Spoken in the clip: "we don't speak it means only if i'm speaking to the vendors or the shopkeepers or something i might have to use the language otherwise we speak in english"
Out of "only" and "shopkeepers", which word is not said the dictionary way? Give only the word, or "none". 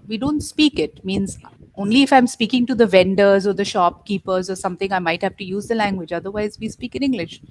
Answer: none